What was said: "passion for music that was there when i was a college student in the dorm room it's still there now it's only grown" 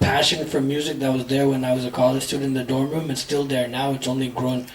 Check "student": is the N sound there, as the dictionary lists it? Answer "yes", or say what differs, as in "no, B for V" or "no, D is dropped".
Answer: no, N is dropped